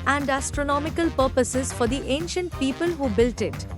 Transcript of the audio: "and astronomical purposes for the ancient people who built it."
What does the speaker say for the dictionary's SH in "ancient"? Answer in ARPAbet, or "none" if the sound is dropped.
SH